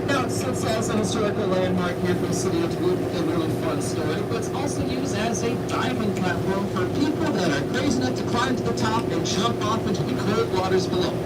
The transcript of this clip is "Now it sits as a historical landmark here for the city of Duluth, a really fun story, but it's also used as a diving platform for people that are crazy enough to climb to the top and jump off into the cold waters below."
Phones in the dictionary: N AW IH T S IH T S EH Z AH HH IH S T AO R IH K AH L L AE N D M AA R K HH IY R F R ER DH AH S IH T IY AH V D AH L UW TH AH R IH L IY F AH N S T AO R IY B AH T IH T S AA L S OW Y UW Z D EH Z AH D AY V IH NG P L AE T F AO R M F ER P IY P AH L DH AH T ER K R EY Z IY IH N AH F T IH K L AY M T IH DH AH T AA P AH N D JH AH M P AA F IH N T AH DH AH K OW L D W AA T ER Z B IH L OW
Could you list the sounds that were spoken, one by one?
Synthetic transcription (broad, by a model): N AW IH T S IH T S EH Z AH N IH S T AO R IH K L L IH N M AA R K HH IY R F R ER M S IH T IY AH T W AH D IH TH AH R IH L IY F AH N S T AO R IY B AH T IH T S AA L S OW Y UW Z D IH Z AH D AY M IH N P L AE T F AO R M F ER P IY P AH L DH AH T ER K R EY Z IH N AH T IH K L AY M T IH DH AH T AA P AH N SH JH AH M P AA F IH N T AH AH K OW D W AA T ER Z B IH L OW